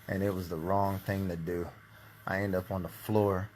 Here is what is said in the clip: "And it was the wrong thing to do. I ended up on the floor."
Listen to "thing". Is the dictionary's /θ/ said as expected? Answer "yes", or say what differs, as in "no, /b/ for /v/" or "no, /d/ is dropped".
yes